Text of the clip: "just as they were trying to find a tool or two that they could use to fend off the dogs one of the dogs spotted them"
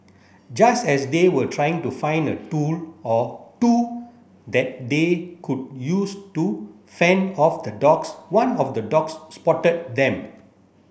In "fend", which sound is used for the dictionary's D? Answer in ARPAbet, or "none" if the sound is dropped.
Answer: none